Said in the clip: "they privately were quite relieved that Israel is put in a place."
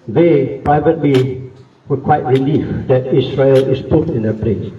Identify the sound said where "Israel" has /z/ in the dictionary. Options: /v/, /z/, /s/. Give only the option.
/s/